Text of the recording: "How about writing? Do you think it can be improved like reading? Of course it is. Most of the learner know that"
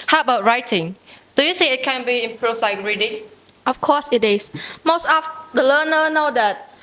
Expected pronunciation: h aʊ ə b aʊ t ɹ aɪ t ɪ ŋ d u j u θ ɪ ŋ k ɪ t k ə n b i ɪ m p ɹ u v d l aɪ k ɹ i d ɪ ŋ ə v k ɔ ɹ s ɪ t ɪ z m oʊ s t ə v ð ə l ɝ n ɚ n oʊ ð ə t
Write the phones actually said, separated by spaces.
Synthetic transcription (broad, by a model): h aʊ ə b aʊ t ɹ aɪ t ɪ ŋ d u j u s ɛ ɪ t k ə n b i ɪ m p ɹ u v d l aɪ k ɹ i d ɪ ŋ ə f k ɔ s ɪ t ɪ s m oʊ s t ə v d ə l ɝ n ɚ n oʊ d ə t